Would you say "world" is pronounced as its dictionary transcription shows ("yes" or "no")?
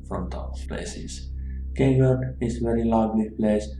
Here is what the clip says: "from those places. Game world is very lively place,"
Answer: no